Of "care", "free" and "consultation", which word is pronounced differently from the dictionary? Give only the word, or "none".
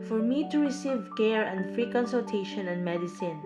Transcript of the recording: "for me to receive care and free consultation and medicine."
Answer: none